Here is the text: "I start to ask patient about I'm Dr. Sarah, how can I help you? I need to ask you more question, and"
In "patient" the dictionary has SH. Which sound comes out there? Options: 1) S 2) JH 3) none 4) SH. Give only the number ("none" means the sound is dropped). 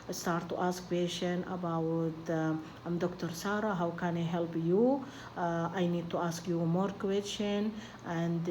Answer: 1